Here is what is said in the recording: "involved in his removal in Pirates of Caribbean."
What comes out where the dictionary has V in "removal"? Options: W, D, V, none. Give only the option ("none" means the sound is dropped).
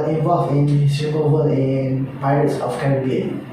W